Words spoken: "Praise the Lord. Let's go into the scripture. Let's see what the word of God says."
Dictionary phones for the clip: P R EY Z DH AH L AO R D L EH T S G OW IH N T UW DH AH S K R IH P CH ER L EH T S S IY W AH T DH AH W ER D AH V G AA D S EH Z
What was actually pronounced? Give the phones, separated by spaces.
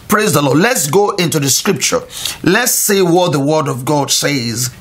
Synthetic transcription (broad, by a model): P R EY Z DH AH L AO D L EH T S G OW IH N T UW DH AH S K R IH P CH ER L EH T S S IY W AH T DH AH W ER D AH V G AA D S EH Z